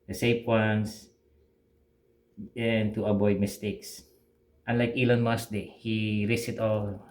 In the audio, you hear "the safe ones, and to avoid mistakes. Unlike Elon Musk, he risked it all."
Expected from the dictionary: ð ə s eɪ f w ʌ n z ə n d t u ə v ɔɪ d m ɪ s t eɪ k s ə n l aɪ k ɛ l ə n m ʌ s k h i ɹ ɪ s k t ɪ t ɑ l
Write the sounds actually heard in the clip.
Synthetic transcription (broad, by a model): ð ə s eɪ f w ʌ n s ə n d t u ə b ɔɪ d m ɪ s t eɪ k s ə n l aɪ k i l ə n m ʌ s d h i ɹ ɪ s ɪ t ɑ l